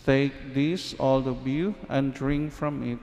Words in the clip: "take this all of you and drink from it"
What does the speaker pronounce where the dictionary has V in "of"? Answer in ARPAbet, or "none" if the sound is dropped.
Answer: B